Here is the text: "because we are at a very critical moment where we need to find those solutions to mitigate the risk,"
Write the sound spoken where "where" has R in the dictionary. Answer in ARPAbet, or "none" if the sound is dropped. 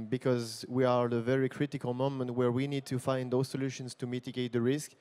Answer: R